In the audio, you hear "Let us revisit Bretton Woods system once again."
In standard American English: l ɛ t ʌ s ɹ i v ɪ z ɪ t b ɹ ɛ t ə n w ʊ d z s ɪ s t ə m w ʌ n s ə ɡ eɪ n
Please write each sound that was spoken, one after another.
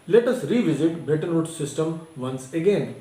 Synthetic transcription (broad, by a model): l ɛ t ʌ s ɹ i v ɪ z ɪ t b ɛ t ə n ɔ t s ɪ s t ə m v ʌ n s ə ɡ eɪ n